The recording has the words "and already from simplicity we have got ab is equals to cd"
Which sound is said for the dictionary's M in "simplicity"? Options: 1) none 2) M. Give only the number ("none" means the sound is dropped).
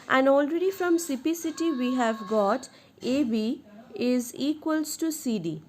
1